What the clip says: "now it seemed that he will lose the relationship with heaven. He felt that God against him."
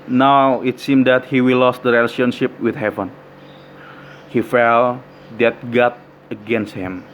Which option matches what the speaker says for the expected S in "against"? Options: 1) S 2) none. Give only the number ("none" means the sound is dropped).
1